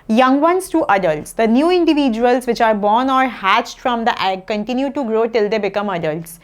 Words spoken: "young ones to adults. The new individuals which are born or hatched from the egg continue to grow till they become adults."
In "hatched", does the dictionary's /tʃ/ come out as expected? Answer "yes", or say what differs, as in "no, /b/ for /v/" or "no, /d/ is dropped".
yes